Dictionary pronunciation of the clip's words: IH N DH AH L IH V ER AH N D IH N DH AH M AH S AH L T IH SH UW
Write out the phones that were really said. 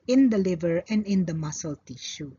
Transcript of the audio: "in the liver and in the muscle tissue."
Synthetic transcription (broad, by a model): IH N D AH L IH V ER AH N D IH N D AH M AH S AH L T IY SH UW